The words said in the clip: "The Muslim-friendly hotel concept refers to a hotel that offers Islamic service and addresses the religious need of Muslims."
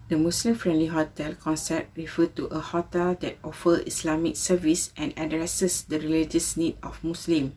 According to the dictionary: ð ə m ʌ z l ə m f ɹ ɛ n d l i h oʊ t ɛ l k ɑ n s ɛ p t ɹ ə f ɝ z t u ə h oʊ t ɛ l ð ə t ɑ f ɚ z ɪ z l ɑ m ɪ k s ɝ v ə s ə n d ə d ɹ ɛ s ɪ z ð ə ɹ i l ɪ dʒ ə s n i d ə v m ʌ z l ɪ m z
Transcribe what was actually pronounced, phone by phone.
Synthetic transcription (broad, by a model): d ə m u s l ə m f ɹ ɛ n d l i h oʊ t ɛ l k ɑ n s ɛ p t ɹ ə f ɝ t u ə h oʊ t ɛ l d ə t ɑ f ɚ ɪ s l ɑ m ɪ k s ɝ v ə s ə n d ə d ɹ ɛ s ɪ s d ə ɹ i l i dʒ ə s n i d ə f m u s l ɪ m